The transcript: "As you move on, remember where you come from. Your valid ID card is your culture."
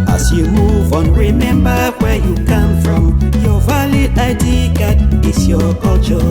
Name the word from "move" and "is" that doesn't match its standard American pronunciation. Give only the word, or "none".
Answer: is